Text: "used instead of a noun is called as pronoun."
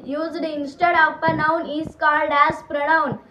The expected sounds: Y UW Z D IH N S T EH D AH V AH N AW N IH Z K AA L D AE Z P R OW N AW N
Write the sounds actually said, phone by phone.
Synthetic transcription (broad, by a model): Y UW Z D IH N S T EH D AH P AH N AW N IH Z K AA L D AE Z P R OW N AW N